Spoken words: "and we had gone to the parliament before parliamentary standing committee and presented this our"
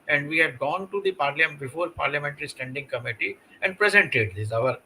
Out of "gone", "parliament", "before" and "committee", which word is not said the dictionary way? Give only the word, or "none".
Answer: parliament